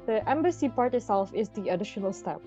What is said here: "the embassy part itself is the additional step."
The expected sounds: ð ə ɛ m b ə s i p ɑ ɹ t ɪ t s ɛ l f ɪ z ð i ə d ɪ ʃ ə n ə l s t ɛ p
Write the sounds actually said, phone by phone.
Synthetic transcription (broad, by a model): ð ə ɛ m b ə s i p ɑ ɹ t ɪ t s ɛ l f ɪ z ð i ə d ɪ ʃ ə n ə l s t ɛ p